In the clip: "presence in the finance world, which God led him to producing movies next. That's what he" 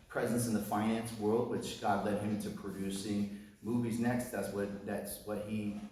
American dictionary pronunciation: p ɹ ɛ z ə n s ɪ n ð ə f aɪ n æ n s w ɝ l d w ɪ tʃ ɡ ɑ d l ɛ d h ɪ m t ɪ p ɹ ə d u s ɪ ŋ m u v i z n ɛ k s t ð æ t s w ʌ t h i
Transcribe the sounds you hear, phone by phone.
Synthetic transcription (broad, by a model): p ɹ ɛ z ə n s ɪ n ð ə f aɪ n æ n s w ɝ l d w ɪ tʃ ɡ ɑ d l ɛ d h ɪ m t ɪ p ɹ ə d u s ɪ ŋ m u v i z n ɛ k s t ð æ t s w ʌ t h i